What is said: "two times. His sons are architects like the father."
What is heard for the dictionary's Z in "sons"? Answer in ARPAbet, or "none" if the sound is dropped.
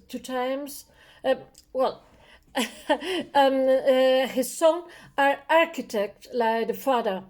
none